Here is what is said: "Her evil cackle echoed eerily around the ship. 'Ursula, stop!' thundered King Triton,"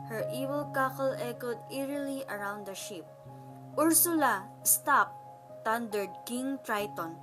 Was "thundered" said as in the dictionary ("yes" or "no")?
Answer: no